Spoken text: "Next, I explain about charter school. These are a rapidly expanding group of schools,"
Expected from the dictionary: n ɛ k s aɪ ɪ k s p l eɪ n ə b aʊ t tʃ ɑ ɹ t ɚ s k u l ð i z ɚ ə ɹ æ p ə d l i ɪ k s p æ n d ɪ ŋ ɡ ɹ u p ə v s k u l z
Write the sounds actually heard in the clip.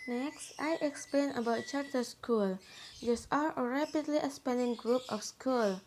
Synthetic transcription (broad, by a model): n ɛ k s aɪ ɪ k s p l eɪ n ə b aʊ t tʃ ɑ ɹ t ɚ s k u l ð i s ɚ ə ɹ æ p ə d l i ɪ s p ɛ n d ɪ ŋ ɡ ɹ u p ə f s k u l